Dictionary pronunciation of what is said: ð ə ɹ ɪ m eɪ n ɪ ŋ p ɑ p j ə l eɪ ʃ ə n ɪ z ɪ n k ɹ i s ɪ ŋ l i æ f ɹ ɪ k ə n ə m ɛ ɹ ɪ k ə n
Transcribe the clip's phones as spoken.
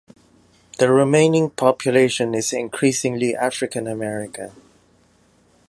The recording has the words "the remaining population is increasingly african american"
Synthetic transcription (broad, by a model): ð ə ɹ ɪ m eɪ n ɪ ŋ p ɑ p j ə l eɪ ʃ ə n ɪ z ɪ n k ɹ i s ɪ ŋ l i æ f ɹ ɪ k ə n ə m ɛ ɹ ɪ k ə